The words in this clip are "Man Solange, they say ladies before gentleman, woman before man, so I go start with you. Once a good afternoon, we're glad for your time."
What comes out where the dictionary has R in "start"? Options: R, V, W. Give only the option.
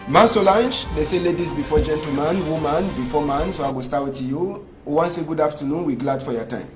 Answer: W